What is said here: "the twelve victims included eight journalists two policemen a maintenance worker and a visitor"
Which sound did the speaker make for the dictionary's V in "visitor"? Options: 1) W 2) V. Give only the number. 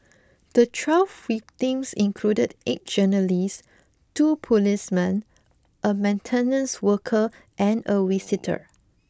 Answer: 1